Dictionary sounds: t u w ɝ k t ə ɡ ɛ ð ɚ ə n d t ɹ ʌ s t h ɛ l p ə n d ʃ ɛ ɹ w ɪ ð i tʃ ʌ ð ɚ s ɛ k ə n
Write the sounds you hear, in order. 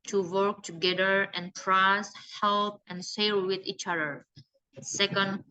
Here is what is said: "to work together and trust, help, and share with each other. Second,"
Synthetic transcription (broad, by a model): t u w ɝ k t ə ɡ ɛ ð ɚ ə n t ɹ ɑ s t h ɛ l p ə n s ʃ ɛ l w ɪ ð i tʃ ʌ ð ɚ s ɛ k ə n